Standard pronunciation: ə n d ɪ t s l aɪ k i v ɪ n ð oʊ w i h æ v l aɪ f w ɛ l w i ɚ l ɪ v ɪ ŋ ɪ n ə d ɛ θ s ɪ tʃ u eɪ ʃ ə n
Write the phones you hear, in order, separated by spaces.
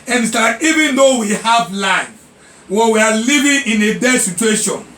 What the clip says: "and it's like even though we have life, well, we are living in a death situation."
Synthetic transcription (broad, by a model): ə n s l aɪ i v ɪ n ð oʊ w i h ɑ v l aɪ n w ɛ w i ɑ l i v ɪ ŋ ɪ n ə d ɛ s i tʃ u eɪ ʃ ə n